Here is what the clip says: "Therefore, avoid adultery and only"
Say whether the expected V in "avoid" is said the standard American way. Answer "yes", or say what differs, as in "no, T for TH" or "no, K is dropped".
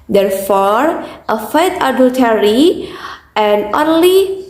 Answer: no, F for V